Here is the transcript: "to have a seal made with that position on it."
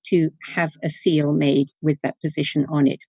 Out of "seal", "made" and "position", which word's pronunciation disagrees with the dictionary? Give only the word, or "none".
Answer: none